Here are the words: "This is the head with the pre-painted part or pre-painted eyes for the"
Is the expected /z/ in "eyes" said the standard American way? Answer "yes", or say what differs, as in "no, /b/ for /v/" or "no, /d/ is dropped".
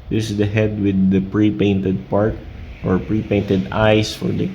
no, /s/ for /z/